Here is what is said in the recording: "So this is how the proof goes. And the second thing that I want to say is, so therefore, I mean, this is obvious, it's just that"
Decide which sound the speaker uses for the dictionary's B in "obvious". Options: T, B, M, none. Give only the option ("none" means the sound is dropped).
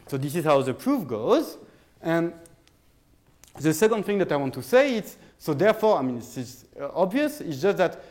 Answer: B